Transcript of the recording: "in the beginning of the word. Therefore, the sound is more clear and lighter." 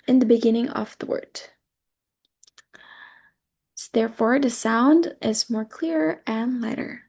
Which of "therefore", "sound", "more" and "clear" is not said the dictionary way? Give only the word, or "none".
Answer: none